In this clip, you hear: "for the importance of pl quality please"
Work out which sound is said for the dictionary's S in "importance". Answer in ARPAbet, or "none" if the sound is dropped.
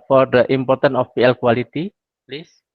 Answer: none